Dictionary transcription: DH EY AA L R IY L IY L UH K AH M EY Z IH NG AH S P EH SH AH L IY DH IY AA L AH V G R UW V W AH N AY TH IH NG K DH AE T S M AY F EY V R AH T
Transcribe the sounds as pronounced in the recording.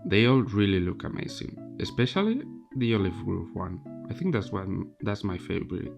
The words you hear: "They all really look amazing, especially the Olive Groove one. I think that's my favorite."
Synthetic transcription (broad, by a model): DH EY AA L R IY L IY L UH K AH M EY S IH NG AH S P EH SH AH L IY DH IY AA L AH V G R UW P W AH N AY TH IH NG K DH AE T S M AY F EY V R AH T